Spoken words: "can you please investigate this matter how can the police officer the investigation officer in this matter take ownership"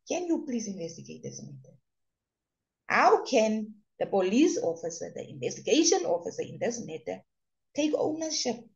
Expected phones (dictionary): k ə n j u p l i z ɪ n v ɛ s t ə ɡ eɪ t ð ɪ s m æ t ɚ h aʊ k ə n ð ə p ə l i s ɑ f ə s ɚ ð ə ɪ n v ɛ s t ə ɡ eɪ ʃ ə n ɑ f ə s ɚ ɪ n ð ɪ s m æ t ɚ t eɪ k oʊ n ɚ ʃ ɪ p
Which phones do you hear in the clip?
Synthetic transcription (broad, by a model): k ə n j u p l i s ɪ n v ɛ s t ə ɡ eɪ t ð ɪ s m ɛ t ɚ h aʊ k ə n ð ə p ə l i s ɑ f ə s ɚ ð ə ɪ n v ɛ s t ə ɡ eɪ ʃ ə n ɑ f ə s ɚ ɪ n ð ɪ s m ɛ t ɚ t eɪ k oʊ n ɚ ʃ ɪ p